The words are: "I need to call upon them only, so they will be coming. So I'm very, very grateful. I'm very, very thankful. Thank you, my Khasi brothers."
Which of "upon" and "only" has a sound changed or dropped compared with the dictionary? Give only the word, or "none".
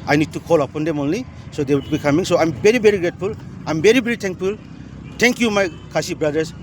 none